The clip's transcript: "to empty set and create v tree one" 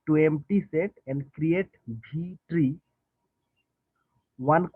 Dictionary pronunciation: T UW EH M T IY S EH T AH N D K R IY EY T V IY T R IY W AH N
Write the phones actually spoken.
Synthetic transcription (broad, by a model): T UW EH M T IY S EH T AH N D K R IY EY T B IY T R IY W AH N